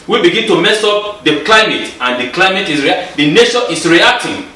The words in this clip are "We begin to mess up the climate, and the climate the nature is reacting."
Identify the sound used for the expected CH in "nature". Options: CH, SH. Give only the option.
SH